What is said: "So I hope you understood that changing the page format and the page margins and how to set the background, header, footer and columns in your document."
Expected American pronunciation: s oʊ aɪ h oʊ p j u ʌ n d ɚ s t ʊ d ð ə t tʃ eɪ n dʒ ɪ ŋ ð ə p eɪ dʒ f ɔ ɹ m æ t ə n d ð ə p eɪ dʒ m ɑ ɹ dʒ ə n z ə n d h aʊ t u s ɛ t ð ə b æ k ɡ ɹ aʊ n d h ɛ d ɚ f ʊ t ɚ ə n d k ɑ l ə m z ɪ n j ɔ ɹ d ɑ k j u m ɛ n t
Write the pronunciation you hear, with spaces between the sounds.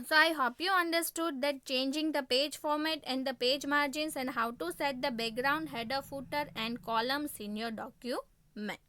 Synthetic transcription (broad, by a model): s oʊ aɪ h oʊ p j u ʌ n d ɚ s t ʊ d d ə t tʃ eɪ n dʒ ɪ ŋ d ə p eɪ dʒ f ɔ ɹ m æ t ə n d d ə p eɪ dʒ m ɑ ɹ dʒ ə n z ə n d h aʊ t u s ɛ t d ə b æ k ɡ ɹ aʊ n d h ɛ d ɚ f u t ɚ ə n d k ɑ l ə m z ɪ n j ɔ ɹ d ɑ k j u m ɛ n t